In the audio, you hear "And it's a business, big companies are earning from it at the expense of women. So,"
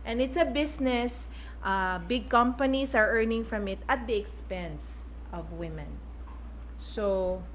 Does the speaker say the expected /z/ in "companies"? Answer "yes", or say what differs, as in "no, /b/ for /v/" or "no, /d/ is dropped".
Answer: no, /s/ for /z/